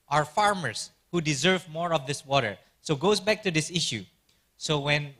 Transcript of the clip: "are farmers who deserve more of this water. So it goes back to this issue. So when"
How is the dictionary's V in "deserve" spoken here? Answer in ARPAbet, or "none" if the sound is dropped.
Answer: V